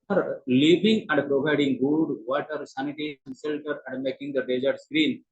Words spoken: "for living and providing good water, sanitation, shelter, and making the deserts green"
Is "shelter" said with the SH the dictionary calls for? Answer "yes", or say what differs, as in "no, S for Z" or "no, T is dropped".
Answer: no, S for SH